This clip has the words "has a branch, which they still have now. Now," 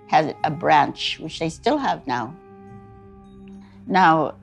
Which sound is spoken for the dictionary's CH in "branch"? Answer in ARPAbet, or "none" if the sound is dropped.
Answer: CH